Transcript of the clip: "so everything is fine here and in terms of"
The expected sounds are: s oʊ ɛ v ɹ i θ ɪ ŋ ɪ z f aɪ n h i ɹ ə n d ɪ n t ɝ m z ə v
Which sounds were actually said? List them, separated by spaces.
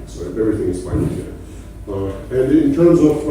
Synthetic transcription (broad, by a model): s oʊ ɛ v ɹ i θ ɪ ŋ ɪ z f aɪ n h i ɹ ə n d ɪ n t ɝ m z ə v